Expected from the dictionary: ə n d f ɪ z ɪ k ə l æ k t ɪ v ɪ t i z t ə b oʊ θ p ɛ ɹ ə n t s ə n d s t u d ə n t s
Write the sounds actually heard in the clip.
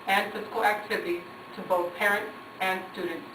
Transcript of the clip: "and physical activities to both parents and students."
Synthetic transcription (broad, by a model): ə n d f ɪ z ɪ k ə l æ k t ɪ v ɪ t i z t ə b oʊ θ p ɛ ɹ ə n t s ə n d s t u d n t s